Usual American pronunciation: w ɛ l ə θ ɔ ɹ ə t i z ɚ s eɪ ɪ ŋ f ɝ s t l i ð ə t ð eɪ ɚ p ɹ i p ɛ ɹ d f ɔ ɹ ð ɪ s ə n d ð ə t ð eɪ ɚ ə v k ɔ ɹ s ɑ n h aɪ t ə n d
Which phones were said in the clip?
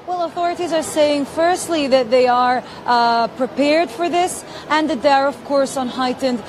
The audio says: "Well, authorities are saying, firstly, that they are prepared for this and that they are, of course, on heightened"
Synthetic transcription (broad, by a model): w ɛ l ə θ ɔ ɹ ə t i z ɚ s eɪ ɪ ŋ f ɝ s t l i ð ə t ð eɪ ɚ p ɹ i p ɛ ɹ d f ɔ ɹ ð ɪ s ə n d ð ə t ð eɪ ɚ ə v k ɔ ɹ s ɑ n h aɪ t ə n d